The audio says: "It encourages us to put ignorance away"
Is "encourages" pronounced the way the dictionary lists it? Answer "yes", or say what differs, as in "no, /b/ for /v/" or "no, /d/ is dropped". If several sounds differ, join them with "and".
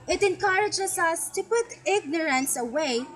no, /s/ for /z/